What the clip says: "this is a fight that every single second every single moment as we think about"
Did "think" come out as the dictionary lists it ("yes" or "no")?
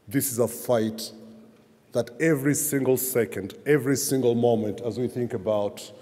yes